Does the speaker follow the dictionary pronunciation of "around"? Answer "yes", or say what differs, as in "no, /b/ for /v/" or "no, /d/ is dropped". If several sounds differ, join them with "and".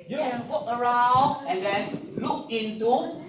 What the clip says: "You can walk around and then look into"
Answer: no, /n/ is dropped